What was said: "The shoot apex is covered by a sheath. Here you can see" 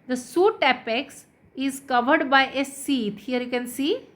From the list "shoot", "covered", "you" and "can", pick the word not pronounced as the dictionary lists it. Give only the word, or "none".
shoot